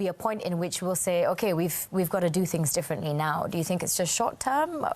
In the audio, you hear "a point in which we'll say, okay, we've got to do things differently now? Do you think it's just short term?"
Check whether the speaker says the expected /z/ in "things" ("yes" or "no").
yes